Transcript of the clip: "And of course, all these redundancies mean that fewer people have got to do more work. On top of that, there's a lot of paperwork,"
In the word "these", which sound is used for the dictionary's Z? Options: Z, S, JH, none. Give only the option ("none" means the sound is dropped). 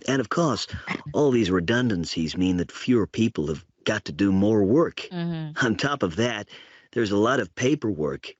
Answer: Z